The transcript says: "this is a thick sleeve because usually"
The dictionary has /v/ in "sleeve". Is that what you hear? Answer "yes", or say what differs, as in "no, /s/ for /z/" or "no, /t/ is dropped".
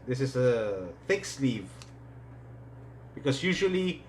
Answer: yes